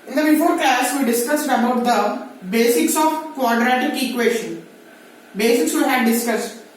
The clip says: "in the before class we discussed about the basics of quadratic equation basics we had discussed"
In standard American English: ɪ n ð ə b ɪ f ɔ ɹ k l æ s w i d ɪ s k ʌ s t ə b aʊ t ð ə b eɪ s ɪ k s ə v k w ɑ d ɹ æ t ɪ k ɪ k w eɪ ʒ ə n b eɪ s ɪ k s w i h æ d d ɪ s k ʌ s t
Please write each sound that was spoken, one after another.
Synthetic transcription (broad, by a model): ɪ n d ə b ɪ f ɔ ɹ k æ s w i d ɪ s k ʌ s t ə b aʊ t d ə b eɪ s ɪ k s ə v k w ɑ d ɹ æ t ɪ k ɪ k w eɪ ʃ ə n b eɪ s ɪ k s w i h æ d d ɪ s k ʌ s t